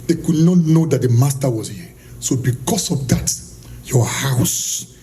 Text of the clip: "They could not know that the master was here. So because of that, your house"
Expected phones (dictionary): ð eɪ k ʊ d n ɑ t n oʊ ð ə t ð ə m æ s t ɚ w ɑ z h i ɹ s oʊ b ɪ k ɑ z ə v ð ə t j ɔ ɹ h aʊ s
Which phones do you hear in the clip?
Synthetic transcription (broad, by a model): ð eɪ k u d n ɑ t n oʊ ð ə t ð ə m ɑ s t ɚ w ɑ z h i s oʊ b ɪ k ɑ s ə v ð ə t j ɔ h aʊ s